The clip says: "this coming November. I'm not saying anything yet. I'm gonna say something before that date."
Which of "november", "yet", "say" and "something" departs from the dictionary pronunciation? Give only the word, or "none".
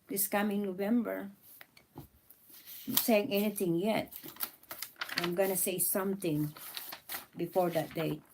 something